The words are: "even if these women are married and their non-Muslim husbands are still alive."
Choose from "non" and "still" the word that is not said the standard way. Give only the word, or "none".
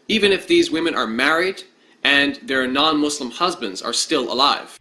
none